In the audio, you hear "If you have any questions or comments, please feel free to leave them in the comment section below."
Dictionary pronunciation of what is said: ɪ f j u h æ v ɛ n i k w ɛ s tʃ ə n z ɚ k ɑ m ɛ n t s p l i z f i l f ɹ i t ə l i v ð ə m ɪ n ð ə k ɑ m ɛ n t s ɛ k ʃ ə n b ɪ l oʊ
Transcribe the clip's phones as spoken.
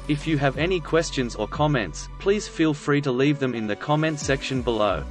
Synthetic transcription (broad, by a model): ɪ f j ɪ v ɛ n i k w ɛ s tʃ ə n z ɚ k ɑ m ɛ n t s p l i z f i l f ɹ i t ə l i v ð ə m ɪ n ð ə k ɑ m ɛ n t s ɛ k ʃ ə n b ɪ l oʊ